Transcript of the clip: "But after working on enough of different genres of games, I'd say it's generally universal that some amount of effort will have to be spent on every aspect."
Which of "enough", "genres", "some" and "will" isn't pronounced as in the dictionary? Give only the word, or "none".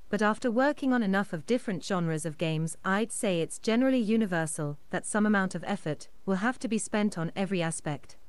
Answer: none